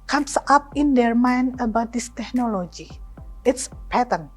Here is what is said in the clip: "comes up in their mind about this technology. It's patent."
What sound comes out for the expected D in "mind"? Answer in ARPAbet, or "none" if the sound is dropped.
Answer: none